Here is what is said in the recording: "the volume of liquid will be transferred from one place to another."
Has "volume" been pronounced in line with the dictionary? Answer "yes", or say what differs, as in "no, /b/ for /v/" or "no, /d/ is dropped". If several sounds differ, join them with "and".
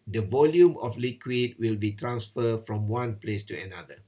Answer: yes